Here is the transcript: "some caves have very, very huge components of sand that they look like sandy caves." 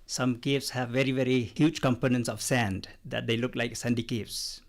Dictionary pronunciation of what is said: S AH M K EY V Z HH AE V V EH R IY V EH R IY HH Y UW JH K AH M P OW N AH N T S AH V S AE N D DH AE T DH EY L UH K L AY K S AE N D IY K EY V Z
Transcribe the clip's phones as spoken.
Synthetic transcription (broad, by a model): S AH M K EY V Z HH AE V V EH R IY V EH R IY HH Y UW JH K AH M P OW N AH N T S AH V S AE N D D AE T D EY L UH K L AY K S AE N D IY K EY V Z